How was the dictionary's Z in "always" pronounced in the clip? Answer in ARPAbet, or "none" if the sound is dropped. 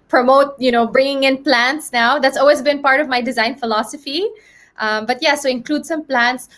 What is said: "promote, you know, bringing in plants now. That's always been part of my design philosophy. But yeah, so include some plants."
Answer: Z